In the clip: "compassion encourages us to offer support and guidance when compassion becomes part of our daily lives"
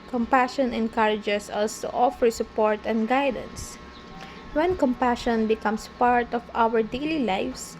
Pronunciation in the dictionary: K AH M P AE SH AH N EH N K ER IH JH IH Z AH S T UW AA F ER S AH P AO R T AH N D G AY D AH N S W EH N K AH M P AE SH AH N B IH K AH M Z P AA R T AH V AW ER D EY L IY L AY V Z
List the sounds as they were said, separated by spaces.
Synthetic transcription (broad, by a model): K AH M P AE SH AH N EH N K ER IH JH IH S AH S T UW AA F ER S AH P AO R T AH N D G AY D AH N S W EH N K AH M P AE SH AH N B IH K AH M S P AA R T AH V AW ER D EY L IY L AY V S